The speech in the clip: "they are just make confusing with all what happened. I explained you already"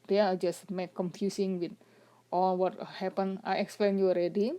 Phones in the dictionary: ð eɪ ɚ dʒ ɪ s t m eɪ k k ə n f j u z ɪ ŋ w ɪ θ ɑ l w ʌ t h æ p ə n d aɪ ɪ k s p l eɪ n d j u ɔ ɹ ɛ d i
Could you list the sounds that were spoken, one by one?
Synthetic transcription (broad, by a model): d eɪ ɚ dʒ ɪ s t m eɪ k k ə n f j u s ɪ ŋ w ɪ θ ɑ l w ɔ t h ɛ p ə n aɪ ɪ k s p l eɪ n j u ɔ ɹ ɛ d i